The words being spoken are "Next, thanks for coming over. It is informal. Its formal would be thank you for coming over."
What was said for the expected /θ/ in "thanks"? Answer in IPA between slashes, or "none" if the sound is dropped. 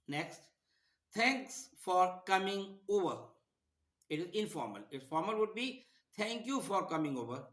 /t/